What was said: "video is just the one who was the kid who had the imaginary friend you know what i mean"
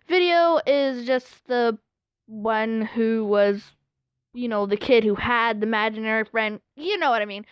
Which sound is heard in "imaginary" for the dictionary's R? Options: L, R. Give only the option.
R